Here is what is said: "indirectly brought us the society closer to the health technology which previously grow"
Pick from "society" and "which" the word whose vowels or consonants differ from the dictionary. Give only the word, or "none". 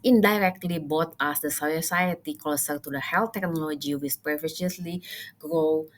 which